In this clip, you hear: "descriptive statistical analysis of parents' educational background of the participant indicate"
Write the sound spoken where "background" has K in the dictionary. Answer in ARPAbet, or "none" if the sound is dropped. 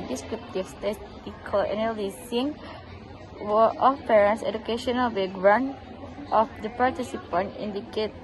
none